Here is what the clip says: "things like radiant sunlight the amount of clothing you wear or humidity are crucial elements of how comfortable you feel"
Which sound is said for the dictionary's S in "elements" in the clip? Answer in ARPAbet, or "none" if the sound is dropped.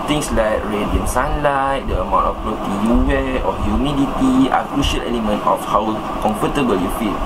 none